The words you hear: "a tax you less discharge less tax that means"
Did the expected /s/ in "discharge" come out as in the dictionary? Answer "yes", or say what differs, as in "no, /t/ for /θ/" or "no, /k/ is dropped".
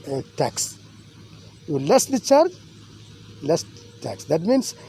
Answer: no, /s/ is dropped